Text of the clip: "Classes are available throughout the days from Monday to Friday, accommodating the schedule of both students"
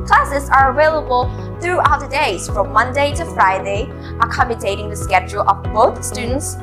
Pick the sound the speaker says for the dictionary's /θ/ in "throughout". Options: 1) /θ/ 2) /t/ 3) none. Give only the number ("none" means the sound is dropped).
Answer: 1